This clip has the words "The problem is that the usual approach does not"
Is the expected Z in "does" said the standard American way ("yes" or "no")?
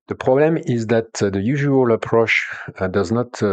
yes